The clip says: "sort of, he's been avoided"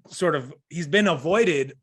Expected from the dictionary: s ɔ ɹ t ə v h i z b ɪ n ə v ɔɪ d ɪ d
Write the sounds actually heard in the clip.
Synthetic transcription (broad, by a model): s ɔ ɹ t ə v h i z b ɪ n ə v ɔɪ d ɪ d